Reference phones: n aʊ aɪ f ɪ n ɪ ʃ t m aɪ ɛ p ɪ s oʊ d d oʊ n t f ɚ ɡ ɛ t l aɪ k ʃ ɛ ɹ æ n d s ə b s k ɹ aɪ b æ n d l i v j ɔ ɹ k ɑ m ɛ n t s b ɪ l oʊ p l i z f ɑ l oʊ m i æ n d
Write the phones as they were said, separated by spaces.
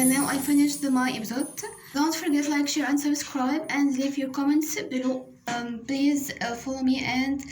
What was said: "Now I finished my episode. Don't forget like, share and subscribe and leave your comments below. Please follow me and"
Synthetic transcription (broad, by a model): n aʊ aɪ f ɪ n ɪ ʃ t m aɪ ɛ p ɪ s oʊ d d oʊ n t f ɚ ɡ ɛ t l aɪ k ʃ ɛ ɹ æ n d s ə b s k ɹ aɪ b æ n d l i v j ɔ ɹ k ɑ m ɛ n t s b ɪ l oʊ p l i z f ɑ l oʊ m i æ n d